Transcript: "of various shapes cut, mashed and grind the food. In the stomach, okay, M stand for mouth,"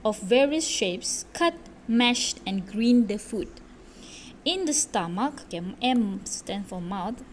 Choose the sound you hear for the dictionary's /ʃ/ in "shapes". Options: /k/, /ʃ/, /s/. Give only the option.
/ʃ/